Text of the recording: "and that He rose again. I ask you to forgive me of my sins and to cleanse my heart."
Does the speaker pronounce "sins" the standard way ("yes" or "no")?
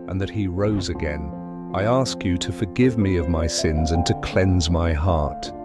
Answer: yes